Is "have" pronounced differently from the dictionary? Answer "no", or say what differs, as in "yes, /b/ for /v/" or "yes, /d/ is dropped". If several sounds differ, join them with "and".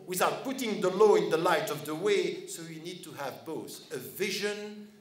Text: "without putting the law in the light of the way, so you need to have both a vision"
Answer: no